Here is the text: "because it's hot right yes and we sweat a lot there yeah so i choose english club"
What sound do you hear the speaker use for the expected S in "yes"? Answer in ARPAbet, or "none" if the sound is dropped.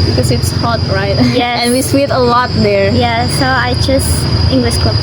none